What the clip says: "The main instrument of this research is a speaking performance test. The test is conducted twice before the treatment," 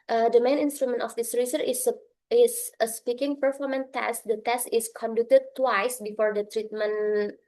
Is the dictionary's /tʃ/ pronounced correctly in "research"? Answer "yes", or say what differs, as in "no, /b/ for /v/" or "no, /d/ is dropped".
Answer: no, /s/ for /tʃ/